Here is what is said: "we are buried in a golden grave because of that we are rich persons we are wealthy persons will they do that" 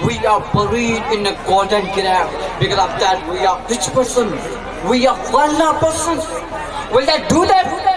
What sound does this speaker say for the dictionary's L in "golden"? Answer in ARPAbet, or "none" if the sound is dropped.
none